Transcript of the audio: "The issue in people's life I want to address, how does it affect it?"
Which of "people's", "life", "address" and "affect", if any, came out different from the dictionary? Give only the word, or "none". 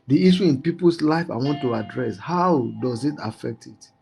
people's